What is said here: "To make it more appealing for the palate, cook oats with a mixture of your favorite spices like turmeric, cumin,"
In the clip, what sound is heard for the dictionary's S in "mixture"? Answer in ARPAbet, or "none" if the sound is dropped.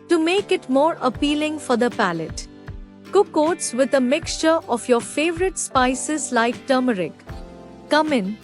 S